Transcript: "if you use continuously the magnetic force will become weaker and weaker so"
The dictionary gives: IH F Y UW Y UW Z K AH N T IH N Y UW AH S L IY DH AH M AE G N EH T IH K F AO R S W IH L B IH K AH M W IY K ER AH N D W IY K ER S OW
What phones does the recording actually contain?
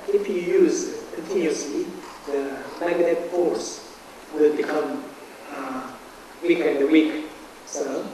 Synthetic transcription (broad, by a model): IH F Y UW Y UW Z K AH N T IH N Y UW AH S L IY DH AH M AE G EH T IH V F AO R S W IH L B IH K AH M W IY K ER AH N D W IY K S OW